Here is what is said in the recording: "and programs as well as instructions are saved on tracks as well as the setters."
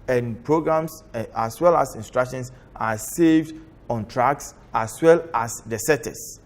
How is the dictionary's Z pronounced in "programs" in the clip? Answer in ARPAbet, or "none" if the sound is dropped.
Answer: S